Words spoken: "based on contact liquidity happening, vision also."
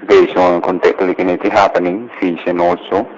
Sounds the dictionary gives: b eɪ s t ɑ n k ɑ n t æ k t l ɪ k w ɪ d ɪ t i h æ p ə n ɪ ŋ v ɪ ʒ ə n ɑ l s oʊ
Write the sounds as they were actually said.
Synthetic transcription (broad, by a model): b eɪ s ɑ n k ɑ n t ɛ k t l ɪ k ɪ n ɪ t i h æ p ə n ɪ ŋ f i ʃ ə n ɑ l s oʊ